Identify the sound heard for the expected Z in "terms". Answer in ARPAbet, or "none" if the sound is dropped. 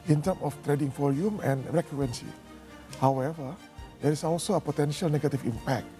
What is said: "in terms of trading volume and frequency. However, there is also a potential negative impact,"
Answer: none